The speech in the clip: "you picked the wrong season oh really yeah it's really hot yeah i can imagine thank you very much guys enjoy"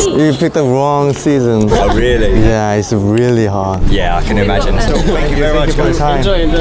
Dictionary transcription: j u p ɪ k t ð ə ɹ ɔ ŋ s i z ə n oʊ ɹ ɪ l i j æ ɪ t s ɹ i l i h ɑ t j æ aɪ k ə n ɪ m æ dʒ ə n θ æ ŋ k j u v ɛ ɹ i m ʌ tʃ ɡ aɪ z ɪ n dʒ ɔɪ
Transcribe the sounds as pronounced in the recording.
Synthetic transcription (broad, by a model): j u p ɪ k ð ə ɹ ɔ ŋ s i z ə n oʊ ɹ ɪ l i j æ ɪ t s ɹ i l i h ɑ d j æ aɪ k ə n ɪ m æ dʒ ə n s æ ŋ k j u v ɛ ɹ i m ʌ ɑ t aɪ ɪ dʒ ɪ